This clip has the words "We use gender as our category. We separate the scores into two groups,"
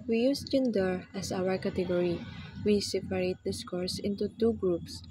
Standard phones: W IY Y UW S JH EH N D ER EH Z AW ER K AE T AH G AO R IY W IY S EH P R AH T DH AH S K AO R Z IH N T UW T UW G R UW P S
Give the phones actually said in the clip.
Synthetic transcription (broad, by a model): W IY Y UW S JH EH N D ER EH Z AW ER K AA T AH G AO R IY W IY S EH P R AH T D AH S K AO R S IH N T UW T UW G R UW P S